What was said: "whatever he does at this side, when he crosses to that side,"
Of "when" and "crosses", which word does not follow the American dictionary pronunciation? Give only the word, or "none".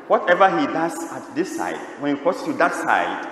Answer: crosses